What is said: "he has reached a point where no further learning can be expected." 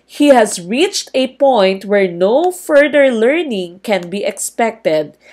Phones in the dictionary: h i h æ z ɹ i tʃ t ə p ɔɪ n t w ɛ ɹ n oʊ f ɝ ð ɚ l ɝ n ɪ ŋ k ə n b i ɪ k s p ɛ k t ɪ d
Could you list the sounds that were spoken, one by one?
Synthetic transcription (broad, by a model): h i h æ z ɹ i tʃ t ə p ɔɪ n t w ɛ ɹ n oʊ f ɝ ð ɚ l ɝ n ɪ ŋ k ə n b i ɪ k s p ɛ k t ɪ d